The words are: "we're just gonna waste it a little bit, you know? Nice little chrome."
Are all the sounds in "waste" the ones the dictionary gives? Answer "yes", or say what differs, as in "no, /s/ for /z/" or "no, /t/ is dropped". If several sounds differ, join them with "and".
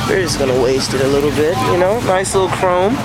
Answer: yes